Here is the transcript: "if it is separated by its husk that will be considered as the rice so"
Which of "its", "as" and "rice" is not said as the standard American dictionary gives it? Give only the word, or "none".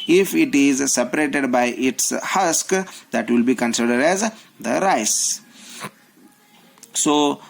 none